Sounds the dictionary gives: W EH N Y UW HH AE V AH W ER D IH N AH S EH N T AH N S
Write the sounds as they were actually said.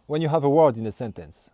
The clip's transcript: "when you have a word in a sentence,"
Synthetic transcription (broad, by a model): W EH N Y UW HH AE V AH W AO D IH N AH S EH N T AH N S